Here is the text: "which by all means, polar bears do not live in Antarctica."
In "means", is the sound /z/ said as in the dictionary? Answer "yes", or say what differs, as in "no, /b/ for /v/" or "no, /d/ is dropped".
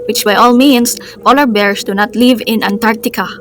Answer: no, /s/ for /z/